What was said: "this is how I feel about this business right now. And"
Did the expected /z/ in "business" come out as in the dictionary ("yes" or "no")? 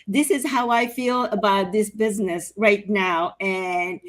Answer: yes